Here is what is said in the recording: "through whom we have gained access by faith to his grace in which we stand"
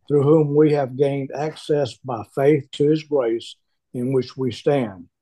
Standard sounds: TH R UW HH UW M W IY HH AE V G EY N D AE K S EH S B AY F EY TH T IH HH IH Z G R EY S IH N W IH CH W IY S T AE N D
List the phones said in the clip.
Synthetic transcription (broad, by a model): TH R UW HH UW M W IY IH V G EY N D AE K S EH S B AY F EY TH T IH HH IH Z G R EY S IH N W IH CH W IY S T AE N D